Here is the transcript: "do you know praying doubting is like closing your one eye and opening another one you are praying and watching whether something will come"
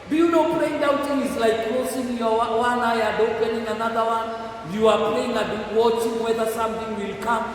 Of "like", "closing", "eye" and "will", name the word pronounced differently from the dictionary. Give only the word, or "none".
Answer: closing